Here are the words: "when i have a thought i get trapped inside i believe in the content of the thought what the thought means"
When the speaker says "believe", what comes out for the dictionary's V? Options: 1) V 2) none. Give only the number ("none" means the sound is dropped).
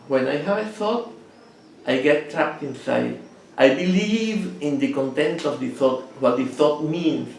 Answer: 1